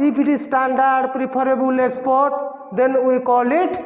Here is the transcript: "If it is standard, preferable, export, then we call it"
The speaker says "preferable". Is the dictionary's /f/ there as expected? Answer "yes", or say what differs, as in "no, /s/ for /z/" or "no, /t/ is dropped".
no, /p/ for /f/